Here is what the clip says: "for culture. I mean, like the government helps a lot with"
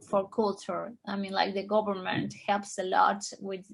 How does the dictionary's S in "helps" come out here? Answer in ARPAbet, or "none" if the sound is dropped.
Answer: S